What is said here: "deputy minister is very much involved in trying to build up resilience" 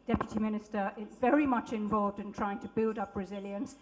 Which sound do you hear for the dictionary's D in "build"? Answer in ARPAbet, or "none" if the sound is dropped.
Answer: D